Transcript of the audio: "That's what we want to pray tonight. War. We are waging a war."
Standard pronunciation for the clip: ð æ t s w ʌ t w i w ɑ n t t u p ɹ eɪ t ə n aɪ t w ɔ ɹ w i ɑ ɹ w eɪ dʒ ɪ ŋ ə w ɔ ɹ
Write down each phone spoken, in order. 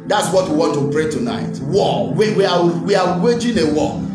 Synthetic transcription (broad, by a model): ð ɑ t s w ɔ t w i w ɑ n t t u p ɹ eɪ t ə n aɪ t w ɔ w w i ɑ w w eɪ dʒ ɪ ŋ ə w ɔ